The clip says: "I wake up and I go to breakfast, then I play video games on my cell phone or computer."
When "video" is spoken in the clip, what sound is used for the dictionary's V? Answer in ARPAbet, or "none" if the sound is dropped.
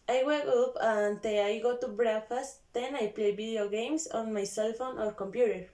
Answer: B